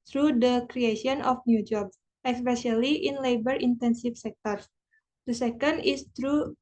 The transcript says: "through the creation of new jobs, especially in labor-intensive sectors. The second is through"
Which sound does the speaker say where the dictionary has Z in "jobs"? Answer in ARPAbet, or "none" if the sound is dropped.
S